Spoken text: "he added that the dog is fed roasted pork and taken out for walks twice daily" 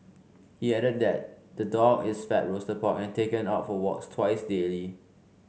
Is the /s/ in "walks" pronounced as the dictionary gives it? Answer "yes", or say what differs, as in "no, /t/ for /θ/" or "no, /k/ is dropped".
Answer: yes